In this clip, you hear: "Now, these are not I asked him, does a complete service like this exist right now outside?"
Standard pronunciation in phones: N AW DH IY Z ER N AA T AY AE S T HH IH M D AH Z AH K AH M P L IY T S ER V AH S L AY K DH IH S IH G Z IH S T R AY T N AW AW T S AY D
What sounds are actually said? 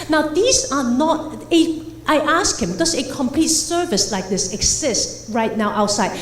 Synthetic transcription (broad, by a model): N AW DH IY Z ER N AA T AY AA S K HH IH M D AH S AH K AH M P L IY T S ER V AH S L AY K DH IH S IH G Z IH S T R AY T N AW AW T S AY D